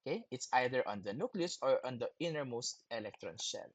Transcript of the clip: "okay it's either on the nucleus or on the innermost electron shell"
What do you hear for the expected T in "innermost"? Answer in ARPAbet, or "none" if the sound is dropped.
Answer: T